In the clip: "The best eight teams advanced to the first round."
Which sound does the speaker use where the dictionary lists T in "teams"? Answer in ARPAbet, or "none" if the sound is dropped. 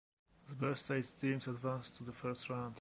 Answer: S